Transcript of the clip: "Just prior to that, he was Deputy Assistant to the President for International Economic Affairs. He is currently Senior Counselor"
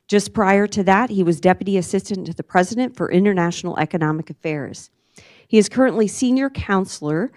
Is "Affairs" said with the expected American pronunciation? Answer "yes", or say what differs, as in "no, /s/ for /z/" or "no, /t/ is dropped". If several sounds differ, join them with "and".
yes